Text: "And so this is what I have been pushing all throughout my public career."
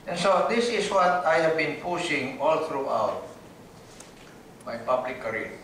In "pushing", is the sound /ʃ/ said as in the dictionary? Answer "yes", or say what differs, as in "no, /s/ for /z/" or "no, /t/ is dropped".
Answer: no, /s/ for /ʃ/